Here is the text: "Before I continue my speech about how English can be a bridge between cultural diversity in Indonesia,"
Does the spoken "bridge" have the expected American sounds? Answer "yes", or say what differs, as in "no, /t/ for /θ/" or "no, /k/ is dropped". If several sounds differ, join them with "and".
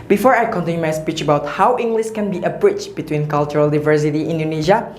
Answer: no, /tʃ/ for /dʒ/